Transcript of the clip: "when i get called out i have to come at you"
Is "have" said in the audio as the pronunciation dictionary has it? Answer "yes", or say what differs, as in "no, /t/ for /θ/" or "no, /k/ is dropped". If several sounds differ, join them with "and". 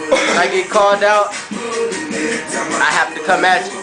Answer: no, /f/ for /v/